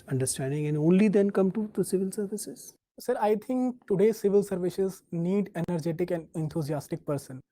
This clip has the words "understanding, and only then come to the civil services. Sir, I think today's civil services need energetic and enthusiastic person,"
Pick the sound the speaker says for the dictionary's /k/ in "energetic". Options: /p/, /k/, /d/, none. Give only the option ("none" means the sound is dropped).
/k/